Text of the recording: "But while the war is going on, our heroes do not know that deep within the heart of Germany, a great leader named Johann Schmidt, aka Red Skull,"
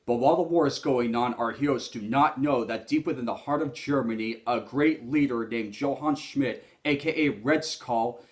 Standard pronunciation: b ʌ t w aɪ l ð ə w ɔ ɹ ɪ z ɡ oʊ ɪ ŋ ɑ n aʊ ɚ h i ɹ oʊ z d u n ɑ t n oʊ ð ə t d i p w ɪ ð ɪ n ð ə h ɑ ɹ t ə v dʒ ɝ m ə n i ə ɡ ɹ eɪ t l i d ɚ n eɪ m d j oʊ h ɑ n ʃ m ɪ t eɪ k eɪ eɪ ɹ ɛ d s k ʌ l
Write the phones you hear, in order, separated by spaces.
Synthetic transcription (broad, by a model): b ʌ t w aɪ l ð ə w ɔ ɹ ɪ z ɡ oʊ ɪ ŋ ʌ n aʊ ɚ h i oʊ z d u n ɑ t n oʊ ð ə t d i p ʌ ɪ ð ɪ n ð ə h ɑ ɹ t ə v dʒ ɝ m ə n i ə ɡ ɹ eɪ t l i d ɚ n eɪ m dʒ oʊ h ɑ n ʃ m ɪ t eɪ k eɪ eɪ ɹ ɛ d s k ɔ l